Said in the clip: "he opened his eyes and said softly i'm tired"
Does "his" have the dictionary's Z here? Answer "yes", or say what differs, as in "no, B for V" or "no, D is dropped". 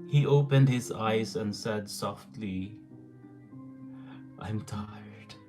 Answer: yes